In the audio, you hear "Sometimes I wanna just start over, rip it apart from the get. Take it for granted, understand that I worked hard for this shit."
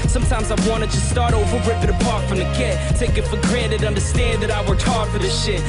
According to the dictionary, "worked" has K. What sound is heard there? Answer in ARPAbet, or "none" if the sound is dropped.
none